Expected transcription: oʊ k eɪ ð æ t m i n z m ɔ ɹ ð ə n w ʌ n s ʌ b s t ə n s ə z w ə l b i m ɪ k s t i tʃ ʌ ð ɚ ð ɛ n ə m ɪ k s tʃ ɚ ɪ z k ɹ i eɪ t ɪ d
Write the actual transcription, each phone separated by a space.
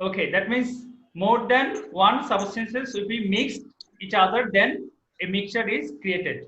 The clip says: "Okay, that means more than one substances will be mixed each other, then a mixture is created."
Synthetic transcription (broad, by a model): oʊ k eɪ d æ t m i n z m ɔ ɹ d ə n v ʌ n s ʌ b s t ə n s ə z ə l b i m ɪ k s t i tʃ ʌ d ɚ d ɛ n ə m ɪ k tʃ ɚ ɪ z k ɹ i eɪ t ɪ d